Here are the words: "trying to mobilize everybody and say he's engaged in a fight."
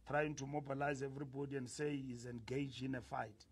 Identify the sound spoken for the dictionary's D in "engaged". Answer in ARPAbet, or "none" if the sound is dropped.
none